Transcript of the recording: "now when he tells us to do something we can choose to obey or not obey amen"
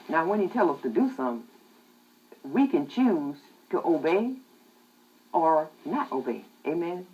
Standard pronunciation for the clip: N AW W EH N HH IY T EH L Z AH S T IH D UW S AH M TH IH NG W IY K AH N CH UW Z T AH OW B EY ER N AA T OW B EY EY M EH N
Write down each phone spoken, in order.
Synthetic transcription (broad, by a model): N AW W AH N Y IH T EH L AH S T IH D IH S AH M W IY K AH N CH UW Z T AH OW B EY ER N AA T OW B EY EY M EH N